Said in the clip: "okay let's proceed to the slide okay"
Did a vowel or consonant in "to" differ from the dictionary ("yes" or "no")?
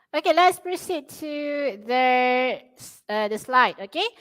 yes